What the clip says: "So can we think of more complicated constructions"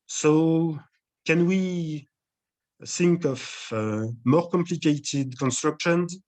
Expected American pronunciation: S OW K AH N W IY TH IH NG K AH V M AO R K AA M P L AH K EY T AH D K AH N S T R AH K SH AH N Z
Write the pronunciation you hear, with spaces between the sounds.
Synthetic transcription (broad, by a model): S OW K AH N W IY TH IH NG K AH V M AO R K AA M P L AH K EY T AH D K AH N S T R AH K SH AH N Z